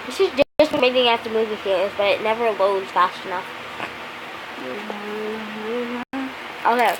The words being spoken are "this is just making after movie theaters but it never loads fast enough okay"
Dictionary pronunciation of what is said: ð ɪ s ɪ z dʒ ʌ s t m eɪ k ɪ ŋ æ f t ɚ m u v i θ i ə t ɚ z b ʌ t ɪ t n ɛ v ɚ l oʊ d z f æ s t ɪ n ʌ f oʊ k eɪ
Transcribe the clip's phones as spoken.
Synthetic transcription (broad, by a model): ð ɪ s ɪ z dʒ ʌ s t m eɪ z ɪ ŋ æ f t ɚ m u v i f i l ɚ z b ʌ t ɪ t n ɛ v ɚ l oʊ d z f æ s t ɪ n ʌ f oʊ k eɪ